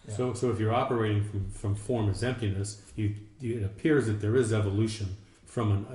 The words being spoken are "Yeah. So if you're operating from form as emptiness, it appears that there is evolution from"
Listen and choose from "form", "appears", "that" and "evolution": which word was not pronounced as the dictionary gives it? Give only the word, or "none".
none